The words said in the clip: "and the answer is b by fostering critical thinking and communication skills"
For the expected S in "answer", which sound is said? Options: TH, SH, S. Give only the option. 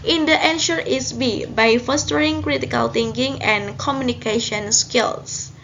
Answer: SH